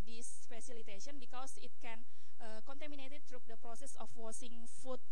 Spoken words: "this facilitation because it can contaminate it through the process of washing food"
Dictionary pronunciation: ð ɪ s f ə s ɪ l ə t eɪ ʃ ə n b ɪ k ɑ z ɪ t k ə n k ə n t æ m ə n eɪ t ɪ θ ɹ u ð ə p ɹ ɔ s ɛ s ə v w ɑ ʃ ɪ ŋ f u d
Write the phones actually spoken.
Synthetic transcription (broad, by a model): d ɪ s f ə s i l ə t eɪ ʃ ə n b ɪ k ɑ s ɪ t k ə n k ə n t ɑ m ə n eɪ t ɪ t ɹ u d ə p ɹ ɔ s ɛ s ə f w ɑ s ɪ ŋ f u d